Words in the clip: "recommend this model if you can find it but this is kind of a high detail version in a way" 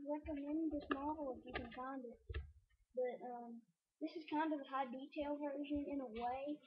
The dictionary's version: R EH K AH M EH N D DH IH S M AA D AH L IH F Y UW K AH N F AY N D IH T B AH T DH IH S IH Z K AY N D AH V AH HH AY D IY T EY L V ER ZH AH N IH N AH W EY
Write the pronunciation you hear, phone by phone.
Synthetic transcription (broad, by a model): R EH K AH M EH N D DH IH S M AA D L IH F Y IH K AH N F AY N D IH T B AH T DH IH S IH Z K AY N D AH V AH HH AY D IY T EY L V ER ZH AH N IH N AH W EY